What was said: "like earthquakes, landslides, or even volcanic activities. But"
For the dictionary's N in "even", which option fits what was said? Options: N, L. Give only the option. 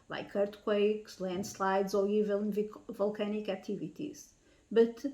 L